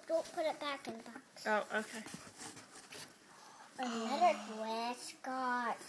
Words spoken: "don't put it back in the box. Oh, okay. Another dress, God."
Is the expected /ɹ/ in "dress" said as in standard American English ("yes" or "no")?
no